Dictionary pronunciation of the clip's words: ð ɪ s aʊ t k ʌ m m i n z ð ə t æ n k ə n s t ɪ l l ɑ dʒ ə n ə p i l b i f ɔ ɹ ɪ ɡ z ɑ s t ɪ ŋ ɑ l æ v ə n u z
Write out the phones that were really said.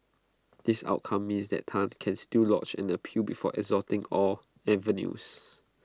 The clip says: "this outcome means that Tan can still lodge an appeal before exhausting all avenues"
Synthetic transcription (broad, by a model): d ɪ s aʊ t k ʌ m m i n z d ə t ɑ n k ə n s t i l l ɑ tʃ ə n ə p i b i f ɔ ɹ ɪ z ɑ t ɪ ŋ ɑ l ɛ v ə n u s